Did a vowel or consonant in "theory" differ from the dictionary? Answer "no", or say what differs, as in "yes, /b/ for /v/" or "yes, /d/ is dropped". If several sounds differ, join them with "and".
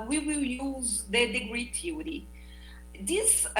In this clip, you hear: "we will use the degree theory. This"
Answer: yes, /t/ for /θ/